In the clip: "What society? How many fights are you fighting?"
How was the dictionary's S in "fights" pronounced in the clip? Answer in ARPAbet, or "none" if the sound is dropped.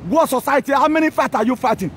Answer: none